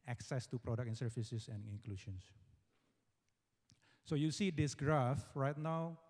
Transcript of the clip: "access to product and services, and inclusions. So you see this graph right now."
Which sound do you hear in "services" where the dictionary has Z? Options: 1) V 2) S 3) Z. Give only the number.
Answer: 2